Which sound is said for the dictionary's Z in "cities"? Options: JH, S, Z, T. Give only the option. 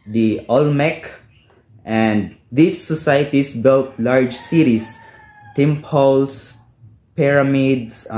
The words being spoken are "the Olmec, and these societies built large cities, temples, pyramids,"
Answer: S